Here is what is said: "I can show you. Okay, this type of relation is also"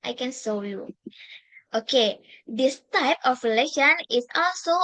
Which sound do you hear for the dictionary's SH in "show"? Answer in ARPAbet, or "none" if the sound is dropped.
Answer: S